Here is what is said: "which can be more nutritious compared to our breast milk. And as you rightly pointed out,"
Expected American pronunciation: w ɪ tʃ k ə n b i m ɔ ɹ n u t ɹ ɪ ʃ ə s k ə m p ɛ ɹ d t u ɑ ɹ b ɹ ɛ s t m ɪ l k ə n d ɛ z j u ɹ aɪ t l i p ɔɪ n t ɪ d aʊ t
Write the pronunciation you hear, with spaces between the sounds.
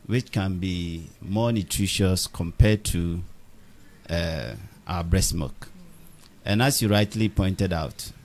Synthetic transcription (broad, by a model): w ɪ tʃ k ə n b i m ɔ n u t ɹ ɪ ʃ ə s k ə m p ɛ d t u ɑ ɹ b ɹ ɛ s m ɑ k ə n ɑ s j u ɹ aɪ t l i p ɔɪ n t ɪ d aʊ t